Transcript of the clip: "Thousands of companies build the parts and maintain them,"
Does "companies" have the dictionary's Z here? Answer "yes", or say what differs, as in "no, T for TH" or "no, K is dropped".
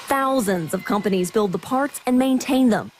yes